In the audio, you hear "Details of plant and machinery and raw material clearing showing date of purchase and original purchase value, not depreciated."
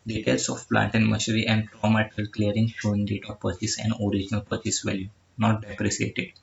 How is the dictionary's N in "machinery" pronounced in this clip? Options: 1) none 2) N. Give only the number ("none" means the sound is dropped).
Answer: 1